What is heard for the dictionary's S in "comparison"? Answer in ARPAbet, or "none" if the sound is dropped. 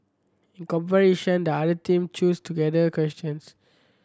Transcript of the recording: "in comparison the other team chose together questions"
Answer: SH